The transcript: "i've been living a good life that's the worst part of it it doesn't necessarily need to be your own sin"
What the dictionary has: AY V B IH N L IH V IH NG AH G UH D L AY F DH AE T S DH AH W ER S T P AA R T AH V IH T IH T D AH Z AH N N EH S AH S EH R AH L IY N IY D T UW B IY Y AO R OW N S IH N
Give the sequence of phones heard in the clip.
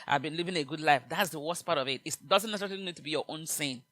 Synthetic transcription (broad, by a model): AY V B IH N L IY V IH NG AH G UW D L AY F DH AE T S DH AH W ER S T P AA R T AH V IH T IH T D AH Z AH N N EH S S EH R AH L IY N IY D T UW B IY Y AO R OW N S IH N